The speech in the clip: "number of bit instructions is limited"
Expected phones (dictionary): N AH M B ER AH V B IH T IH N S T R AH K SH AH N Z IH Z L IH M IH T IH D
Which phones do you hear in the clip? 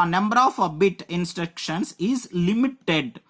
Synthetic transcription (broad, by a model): N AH M B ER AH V B IH T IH N S T R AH K SH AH N S IH Z L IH M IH T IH D